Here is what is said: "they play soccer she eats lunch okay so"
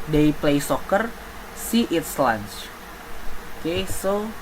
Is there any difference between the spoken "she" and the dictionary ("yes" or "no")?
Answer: yes